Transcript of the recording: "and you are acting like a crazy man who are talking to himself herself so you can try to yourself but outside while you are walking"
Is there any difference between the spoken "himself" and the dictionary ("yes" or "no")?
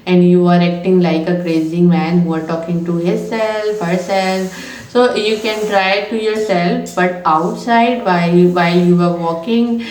yes